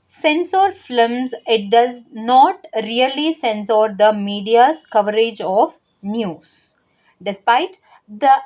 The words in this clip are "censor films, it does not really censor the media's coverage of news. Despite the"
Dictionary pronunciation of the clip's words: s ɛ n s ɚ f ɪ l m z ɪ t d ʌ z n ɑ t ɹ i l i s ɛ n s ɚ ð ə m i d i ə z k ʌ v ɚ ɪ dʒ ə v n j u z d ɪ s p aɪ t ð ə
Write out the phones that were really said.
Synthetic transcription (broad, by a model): s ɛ n s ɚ f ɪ m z ɪ t d ʌ z n ɑ t ɹ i l i s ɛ n s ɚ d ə m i d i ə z k ʌ v ɚ ɪ dʒ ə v n j u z d ɪ s p aɪ t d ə